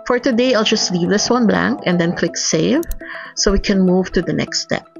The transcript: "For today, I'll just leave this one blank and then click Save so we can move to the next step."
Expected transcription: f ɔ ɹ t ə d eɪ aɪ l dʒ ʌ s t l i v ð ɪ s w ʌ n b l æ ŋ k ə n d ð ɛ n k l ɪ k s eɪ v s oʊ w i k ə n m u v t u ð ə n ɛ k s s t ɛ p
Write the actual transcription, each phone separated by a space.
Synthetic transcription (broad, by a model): f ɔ ɹ t ə d eɪ aɪ l dʒ ʌ s t l i v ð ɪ s w ʌ n b l æ ŋ k ə n d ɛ n k l ɪ k s eɪ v s oʊ w i k ə n m u v t u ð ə n ɛ k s s t ɛ p